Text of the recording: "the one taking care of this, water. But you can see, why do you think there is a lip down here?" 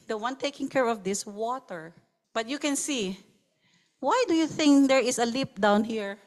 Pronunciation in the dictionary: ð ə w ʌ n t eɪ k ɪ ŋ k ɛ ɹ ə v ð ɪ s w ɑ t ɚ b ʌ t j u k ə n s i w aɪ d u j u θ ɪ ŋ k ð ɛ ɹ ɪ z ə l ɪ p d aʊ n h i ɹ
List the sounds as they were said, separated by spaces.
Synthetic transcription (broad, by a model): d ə w ʌ n t eɪ k ɪ ŋ k ɛ ɹ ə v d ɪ s w ɑ t ɚ b ʌ t j u k ə n s i w aɪ d u j u θ ɪ ŋ k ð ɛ ɹ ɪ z ə l ɪ p d aʊ n h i ɹ